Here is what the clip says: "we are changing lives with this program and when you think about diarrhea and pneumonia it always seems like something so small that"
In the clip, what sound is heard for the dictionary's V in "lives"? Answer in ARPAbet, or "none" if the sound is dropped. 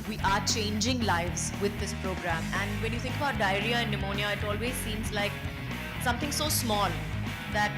V